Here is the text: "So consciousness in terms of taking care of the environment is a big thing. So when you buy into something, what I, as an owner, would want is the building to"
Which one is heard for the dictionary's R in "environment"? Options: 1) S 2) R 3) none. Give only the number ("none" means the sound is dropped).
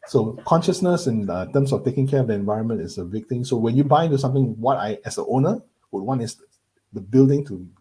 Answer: 2